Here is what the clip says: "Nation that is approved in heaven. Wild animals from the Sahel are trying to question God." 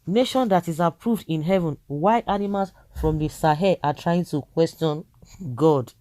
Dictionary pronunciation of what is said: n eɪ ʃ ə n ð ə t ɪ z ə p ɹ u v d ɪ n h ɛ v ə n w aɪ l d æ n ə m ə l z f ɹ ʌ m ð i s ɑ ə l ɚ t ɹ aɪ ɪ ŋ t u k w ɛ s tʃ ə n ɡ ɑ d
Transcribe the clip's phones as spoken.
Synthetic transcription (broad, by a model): n eɪ ʃ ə n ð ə t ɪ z ə p ɹ u v d ɪ n h ɛ v ə n w aɪ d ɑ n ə m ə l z f ɹ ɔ m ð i s ɑ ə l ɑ t ɹ aɪ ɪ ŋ t u k w ɛ s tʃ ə n ɡ ɑ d